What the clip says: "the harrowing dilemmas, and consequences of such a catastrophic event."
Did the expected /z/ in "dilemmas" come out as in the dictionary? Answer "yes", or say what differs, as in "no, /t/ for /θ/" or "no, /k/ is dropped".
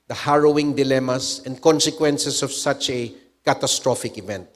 no, /s/ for /z/